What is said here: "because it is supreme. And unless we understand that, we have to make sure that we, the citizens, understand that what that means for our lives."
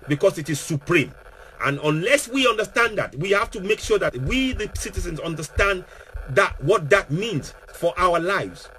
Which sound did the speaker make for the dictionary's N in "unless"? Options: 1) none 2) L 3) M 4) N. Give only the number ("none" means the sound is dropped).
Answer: 4